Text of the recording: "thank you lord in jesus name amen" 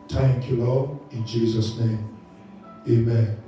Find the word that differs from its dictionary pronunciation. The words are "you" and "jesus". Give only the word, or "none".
none